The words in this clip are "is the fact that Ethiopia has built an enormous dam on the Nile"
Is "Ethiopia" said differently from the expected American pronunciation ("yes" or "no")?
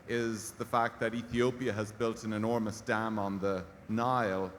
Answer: no